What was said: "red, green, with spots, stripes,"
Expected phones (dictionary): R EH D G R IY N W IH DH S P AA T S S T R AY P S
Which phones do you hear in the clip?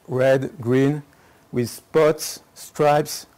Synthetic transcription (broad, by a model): R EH D G R IY N W IH DH S P AA T S S T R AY P S